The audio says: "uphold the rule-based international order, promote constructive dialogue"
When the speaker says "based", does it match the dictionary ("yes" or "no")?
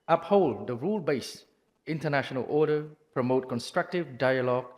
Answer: no